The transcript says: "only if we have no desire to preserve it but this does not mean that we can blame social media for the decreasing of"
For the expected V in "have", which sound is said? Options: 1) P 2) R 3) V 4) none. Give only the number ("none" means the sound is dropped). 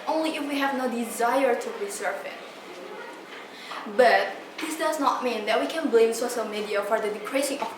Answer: 3